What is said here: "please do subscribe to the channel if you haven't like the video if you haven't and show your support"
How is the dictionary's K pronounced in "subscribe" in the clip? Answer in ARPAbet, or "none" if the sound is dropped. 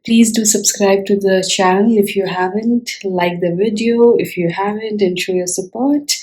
K